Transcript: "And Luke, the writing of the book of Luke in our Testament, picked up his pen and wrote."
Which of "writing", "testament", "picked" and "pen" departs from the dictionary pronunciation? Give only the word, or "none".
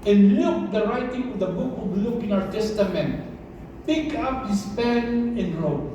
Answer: picked